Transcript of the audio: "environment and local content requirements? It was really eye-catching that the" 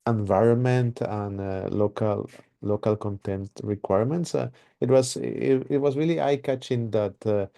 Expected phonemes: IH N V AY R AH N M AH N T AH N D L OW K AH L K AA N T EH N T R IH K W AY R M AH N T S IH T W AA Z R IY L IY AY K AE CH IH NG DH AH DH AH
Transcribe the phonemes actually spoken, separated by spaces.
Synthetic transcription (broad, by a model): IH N V AY R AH N M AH N T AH N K L OW K AH L K AA N T EH N T R IH K W AY R M AH N T S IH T W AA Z R IY L IY AY K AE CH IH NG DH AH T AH